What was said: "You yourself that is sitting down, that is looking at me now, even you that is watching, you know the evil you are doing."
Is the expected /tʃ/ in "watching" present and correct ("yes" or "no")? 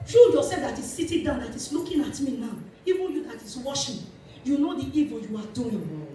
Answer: no